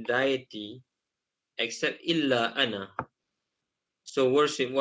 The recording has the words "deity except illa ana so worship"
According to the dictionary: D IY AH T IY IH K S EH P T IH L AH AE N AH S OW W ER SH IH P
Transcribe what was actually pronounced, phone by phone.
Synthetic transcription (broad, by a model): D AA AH T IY IH K S EH P T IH L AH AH N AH S OW W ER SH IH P